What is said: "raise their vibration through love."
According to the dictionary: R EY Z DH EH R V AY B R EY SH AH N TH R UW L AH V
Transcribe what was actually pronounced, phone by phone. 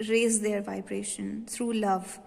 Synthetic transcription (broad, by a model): R EY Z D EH R V AY B R EY SH AH N T R UW L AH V